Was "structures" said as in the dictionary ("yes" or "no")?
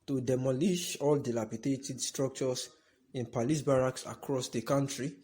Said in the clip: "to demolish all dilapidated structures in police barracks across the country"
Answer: no